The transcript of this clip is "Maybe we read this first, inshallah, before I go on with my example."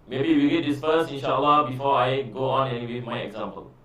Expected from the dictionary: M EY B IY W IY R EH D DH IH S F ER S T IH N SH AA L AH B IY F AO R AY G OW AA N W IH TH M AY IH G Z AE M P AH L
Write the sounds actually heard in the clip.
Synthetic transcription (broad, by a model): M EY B IY W IY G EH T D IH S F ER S IH N SH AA L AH B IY F AO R AY G OW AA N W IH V M AY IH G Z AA M P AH L